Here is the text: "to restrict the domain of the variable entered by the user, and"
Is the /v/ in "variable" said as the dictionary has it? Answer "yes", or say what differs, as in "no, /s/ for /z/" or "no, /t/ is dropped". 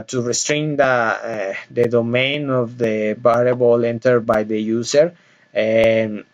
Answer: no, /b/ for /v/